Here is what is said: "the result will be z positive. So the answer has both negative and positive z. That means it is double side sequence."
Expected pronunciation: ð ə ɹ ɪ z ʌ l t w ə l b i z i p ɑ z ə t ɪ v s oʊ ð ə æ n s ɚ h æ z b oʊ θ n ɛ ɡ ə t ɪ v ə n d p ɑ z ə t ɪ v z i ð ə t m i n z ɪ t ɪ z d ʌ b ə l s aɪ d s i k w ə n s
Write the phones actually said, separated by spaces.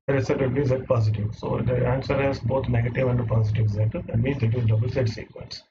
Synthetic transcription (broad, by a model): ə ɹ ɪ s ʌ t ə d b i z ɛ p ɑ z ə t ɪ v s oʊ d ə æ n s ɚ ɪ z b oʊ t n ɛ ɡ ə t ɪ v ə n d p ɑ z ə t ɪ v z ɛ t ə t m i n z ɪ t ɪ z d ʌ b ə l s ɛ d s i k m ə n s